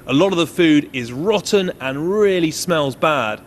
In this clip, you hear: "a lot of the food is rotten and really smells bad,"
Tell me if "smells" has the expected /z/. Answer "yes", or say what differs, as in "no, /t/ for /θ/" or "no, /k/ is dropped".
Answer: yes